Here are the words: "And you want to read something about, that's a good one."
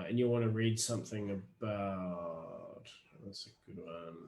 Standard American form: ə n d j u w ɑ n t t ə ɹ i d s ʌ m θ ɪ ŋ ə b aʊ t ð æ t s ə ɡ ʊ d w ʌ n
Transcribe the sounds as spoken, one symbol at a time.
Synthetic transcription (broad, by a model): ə n j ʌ w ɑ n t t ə ɹ i d s ʌ m θ ɪ ŋ ə b aʊ t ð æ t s ə ɡ ʊ d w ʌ n